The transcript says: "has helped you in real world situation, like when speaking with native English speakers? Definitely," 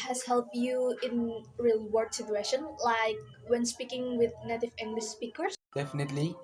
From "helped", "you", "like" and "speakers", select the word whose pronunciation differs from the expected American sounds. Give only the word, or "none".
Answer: speakers